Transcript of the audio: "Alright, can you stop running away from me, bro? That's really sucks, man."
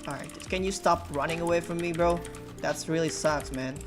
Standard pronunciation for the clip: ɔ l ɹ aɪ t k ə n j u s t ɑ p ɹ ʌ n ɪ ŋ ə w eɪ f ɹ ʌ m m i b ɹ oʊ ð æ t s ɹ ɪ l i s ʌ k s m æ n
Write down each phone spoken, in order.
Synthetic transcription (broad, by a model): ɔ ɹ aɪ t k ə n j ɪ s t ɑ p ɹ ʌ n ɪ ŋ ə w eɪ f ɹ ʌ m m i b ɹ oʊ ð æ t s ɹ ɪ l i s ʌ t m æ n